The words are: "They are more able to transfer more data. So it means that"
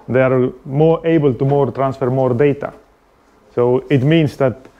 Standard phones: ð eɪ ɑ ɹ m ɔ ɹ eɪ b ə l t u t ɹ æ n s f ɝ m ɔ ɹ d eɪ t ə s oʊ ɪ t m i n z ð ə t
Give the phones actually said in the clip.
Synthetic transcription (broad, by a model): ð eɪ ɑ ɹ m ɔ ɹ eɪ b ə l t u t ɹ æ n s f ɝ m ɔ ɹ d eɪ t ə s oʊ ɪ t m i n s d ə t